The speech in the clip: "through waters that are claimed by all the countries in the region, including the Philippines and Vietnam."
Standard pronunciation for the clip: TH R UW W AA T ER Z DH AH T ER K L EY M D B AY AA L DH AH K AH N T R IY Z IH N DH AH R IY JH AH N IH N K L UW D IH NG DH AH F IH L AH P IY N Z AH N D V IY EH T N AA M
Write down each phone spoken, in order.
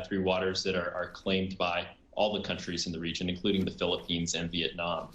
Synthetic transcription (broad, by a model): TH R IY W AA T ER Z DH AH T ER K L EY M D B AY AA L DH AH K AH N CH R IY Z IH N DH AH R IY JH AH N IH N K L UW D IH NG DH AH F IH L AH P IY N Z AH N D V IY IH T N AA M